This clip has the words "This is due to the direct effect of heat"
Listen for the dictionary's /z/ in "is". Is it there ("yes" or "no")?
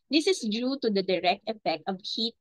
no